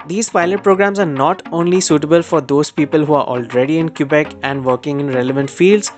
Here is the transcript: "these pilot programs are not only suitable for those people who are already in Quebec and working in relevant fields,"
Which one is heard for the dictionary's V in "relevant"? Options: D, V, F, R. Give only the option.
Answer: V